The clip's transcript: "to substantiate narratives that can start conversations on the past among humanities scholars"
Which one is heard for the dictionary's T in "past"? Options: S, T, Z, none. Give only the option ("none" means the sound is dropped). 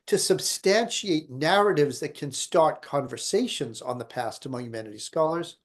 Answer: T